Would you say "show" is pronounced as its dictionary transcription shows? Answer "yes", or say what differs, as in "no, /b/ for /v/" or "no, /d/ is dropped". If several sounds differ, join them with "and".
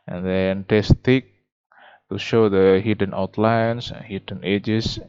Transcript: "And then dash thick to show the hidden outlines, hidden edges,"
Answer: yes